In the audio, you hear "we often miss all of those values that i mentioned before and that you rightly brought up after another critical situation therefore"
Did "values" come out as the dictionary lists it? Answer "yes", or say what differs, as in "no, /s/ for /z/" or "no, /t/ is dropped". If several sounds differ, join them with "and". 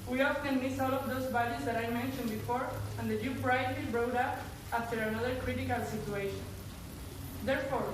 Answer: no, /b/ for /v/